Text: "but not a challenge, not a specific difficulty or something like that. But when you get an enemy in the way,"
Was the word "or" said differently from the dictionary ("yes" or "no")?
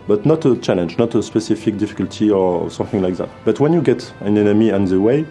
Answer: no